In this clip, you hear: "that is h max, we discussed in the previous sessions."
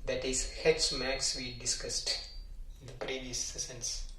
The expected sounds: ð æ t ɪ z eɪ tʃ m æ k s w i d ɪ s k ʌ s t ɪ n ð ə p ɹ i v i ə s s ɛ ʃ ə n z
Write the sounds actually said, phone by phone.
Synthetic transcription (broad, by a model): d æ t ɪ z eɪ s m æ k s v i d ɪ s k ʌ s t ɪ n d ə p ɹ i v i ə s s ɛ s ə n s